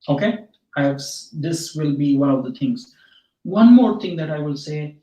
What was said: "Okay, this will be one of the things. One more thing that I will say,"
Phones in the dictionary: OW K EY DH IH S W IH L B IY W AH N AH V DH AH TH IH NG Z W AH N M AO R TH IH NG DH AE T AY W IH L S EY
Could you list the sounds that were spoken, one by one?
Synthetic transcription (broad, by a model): OW K EY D IH S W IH L B IY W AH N AH V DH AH T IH NG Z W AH N M AO R T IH NG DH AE T AY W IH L S EY